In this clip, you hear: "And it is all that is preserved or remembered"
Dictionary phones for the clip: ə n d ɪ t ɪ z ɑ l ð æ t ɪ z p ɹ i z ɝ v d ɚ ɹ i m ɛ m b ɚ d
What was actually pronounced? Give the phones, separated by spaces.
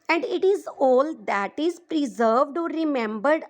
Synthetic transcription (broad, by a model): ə n d ɪ t ɪ z ɑ l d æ t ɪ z p ɹ i z ɝ v d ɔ ɹ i m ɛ m b ɚ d